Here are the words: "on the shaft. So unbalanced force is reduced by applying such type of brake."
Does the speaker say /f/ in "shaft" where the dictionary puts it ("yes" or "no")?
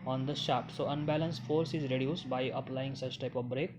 no